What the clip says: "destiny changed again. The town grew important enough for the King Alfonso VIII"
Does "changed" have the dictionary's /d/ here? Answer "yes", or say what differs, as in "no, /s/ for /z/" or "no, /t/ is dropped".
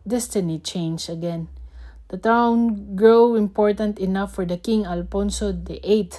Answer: no, /d/ is dropped